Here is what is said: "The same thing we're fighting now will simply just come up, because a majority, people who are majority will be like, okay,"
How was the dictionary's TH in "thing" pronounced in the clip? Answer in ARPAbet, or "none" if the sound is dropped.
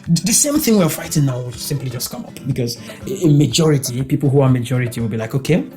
TH